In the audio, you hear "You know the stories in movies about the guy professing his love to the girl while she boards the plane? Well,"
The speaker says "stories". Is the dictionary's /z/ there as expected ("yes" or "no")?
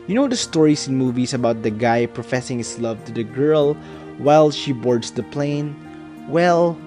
no